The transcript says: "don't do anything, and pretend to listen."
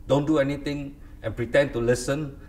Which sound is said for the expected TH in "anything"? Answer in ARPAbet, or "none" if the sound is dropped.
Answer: T